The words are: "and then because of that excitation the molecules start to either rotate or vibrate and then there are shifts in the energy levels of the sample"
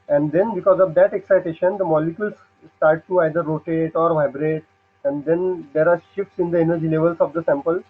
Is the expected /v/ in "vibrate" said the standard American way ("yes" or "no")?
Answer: yes